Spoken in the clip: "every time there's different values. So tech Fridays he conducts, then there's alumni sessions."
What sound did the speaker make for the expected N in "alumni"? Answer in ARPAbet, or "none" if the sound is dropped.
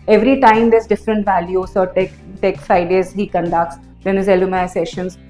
none